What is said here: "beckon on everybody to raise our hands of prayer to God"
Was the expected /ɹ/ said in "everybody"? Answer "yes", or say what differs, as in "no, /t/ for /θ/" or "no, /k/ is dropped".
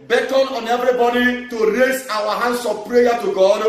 yes